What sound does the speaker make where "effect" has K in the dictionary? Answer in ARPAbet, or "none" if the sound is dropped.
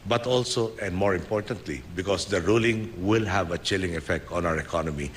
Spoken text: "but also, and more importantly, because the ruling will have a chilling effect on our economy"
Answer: K